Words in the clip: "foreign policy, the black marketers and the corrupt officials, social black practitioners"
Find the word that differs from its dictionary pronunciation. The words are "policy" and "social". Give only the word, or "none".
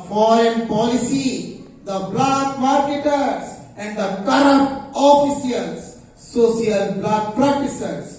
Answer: social